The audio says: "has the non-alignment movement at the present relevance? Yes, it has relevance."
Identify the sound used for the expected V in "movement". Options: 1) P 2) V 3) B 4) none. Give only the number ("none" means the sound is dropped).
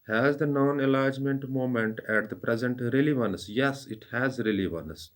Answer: 4